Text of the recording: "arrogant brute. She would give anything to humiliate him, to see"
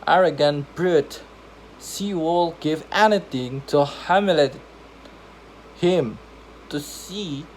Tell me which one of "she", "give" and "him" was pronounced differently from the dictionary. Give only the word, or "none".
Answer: she